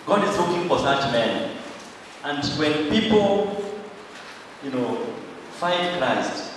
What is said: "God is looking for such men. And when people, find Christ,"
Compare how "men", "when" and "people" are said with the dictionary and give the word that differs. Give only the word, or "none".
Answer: people